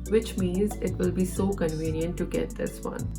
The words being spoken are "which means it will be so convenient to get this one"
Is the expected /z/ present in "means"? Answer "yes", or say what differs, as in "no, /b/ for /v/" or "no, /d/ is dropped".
yes